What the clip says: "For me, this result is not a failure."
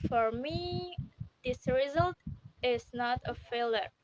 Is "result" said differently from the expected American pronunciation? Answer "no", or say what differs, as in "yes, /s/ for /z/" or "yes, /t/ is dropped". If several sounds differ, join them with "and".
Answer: no